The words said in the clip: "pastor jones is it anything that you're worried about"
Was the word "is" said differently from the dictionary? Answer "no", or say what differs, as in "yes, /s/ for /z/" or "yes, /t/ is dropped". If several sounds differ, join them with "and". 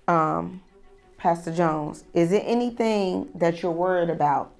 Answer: no